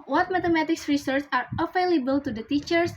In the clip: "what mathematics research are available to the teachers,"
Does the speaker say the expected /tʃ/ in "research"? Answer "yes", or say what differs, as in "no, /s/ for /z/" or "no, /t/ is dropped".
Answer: no, /s/ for /tʃ/